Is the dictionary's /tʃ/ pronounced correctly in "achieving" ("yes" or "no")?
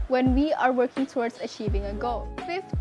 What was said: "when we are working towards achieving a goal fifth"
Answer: yes